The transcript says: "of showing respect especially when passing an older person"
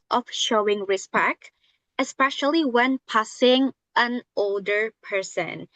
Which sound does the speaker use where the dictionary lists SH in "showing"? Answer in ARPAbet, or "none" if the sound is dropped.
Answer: SH